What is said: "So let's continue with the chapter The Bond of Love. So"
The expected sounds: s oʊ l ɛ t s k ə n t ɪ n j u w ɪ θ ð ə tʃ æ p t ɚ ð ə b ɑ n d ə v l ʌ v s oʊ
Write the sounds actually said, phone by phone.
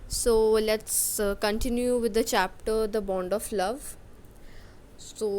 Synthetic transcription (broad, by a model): s oʊ l ɛ t s k ə n t ɪ n j u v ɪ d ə tʃ æ p t ɚ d ə b ɑ n d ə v l ʌ v s oʊ